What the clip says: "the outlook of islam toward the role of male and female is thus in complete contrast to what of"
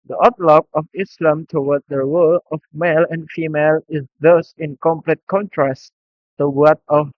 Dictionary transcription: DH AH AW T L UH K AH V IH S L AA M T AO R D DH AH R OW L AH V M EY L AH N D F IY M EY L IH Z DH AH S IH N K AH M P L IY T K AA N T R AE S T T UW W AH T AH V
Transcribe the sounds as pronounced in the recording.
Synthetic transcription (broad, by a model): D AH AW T L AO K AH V IH S L AA M T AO W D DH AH R OW L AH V M EY L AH N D F IY M EY L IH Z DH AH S IH N K AH M P L IY T K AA N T R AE S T T UW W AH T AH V